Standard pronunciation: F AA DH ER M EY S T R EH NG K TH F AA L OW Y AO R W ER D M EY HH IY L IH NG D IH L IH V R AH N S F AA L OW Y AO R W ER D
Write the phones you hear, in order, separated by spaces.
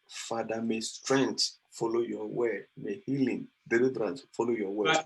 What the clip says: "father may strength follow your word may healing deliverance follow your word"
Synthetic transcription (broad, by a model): F AA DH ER M EY S T R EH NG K T F AA L OW Y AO W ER M EY HH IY L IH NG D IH L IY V R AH N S F AA L OW Y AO W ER